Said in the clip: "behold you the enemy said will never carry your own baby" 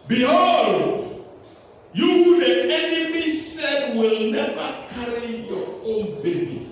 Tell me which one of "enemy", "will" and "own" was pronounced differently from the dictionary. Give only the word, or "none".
none